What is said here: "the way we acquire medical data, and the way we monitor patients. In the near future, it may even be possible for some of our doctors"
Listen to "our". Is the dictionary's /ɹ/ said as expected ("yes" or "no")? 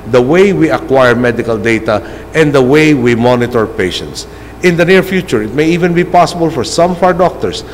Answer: no